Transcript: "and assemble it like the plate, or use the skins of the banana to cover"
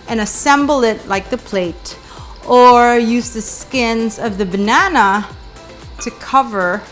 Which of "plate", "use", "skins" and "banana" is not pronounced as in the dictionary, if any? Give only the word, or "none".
none